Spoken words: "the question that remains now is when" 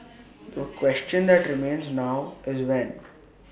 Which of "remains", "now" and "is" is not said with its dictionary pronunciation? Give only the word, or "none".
none